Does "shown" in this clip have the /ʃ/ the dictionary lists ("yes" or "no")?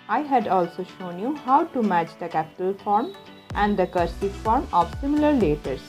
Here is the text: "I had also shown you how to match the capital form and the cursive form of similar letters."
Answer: yes